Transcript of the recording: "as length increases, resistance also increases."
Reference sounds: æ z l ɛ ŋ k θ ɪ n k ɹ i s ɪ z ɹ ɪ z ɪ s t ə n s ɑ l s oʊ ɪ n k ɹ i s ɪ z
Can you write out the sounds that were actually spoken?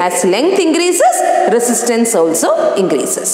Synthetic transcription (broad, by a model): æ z l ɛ ŋ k t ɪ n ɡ ɹ i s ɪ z ɹ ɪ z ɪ s t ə n s ɑ l s oʊ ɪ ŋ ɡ ɹ i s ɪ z